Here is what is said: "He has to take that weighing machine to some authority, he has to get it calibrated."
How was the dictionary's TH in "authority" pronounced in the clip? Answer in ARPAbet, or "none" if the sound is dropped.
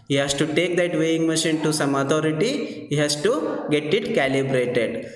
T